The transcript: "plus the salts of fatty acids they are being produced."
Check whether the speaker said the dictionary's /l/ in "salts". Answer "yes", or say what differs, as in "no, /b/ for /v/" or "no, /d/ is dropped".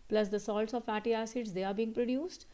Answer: yes